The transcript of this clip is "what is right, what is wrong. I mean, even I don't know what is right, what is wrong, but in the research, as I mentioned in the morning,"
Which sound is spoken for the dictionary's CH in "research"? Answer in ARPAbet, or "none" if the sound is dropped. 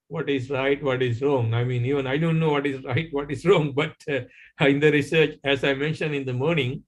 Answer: CH